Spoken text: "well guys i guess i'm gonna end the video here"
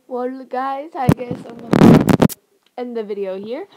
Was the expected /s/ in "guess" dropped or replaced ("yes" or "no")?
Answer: yes